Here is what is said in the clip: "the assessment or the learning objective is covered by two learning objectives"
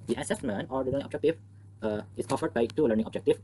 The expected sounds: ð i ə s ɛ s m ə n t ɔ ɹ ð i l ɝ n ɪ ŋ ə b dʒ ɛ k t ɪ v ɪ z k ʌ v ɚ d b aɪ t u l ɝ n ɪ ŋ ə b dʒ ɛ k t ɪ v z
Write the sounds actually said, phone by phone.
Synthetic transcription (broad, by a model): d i ə s ɛ s m ə n t ɔ ɹ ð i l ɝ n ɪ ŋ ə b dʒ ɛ k t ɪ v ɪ s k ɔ f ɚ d b aɪ t u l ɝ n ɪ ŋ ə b dʒ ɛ k t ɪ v